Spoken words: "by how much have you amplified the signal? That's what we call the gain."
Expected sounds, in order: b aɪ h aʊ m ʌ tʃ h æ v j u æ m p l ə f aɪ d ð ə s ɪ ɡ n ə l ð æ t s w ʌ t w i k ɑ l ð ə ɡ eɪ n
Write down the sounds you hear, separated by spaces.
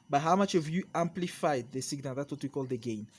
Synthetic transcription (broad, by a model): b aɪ h aʊ m ʌ tʃ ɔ v j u æ m p l ə f aɪ d ð ə s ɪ ɡ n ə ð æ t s w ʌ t w i k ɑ l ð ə ɡ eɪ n